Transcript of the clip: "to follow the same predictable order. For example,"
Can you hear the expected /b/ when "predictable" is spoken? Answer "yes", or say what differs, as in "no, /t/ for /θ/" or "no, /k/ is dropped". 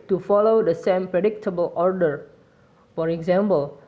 yes